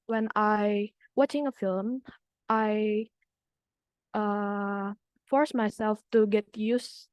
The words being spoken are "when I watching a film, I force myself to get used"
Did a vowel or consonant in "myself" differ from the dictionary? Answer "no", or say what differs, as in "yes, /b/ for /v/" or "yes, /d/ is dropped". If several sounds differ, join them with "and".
no